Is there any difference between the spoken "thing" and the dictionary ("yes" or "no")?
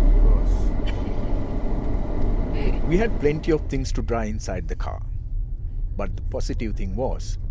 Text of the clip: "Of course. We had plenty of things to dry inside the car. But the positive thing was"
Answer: yes